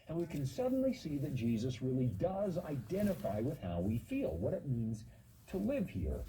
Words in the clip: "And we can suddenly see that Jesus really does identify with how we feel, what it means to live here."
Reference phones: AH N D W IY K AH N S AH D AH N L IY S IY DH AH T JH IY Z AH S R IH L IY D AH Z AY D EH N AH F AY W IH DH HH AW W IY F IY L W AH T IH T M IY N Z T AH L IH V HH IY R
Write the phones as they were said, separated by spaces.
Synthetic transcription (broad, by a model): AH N W IY K AH N S AH D N L IY S IY DH AH T JH IY Z AH S R IH L IY D AH Z AY D EH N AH F AY W IH DH HH AW W IY F IY L W AH T IH T M IY N Z T AH L IH V HH IY R